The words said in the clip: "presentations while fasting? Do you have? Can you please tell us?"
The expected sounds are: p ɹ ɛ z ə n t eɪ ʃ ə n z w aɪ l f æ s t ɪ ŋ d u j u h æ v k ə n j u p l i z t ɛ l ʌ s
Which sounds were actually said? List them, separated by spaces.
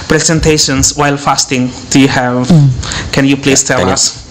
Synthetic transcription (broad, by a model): p ɹ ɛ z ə n t eɪ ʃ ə n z w aɪ l f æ s t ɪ ŋ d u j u h æ v k ə n j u p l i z t ɛ l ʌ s